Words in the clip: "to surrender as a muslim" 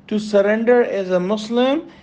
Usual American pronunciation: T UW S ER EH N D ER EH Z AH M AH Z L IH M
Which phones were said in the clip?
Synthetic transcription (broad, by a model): T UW S ER EH N D ER EH Z AH M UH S L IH M